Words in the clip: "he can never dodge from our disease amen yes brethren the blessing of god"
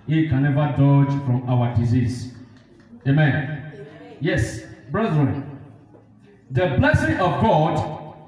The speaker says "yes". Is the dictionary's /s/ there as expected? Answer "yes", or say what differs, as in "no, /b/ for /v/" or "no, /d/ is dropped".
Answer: yes